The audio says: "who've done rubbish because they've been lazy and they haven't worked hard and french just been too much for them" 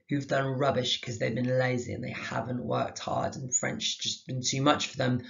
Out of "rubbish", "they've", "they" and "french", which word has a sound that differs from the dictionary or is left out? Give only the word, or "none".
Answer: none